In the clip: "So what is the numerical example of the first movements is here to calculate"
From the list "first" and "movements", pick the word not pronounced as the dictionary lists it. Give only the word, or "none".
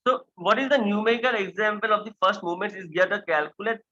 movements